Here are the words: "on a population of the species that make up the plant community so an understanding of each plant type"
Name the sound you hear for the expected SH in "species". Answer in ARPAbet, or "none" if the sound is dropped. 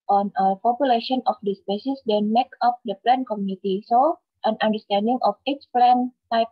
S